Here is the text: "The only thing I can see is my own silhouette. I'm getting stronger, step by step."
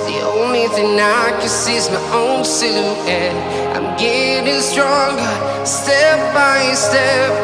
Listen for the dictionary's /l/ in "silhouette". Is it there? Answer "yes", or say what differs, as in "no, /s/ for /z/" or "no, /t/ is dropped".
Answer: no, /l/ is dropped